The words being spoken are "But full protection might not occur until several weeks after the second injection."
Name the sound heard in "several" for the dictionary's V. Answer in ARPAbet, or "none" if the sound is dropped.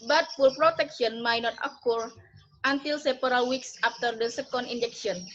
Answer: P